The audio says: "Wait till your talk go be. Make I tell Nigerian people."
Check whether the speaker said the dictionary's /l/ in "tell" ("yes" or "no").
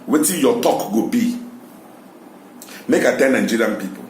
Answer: no